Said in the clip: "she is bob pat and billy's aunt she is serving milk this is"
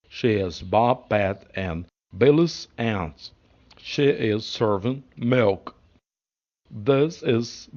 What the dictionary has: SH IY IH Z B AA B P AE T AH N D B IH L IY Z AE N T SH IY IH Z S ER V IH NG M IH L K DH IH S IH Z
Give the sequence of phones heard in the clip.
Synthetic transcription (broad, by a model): SH IY IH Z B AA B B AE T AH N B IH L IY S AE N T SH IY IH Z S ER V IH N M IH L K DH IH S IH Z